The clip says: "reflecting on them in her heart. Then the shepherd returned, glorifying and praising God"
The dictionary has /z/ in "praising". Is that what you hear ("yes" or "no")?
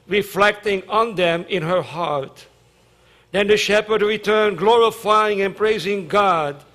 yes